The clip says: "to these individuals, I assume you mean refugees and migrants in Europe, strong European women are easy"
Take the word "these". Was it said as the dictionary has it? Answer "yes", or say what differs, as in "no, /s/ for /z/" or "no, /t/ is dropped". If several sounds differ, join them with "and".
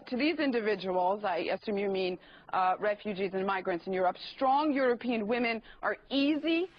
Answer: yes